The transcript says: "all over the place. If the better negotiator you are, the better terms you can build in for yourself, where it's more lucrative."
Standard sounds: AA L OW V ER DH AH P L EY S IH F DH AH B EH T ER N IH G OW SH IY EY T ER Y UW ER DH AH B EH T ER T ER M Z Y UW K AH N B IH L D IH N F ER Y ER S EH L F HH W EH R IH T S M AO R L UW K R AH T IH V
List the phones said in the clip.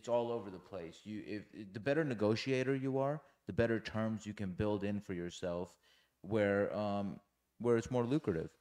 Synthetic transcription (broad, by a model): AA L OW V ER DH AH P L EY S IH F DH AH B EH T ER N IH G OW SH IY EY T ER Y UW ER DH AH B EH T ER T ER M Z Y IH K AH N B IH L D IH N F ER Y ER S EH L F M W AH R IH T S M AO R L UW K R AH T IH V